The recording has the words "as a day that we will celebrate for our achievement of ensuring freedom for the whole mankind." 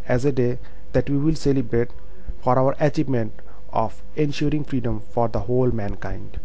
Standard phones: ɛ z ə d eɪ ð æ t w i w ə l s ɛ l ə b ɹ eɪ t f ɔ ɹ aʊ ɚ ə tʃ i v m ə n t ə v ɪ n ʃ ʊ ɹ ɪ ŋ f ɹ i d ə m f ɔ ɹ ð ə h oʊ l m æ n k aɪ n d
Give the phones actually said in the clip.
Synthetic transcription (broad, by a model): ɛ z ə d eɪ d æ t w i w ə l s ɛ l ə b ɹ eɪ t f ɔ ɹ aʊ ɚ ə tʃ i v m ə n t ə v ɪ n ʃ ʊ ɹ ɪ ŋ f ɹ i d ə m f ɔ ɹ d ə h oʊ l m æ n k aɪ n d